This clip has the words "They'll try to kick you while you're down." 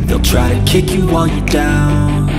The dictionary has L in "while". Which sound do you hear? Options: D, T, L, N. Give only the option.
N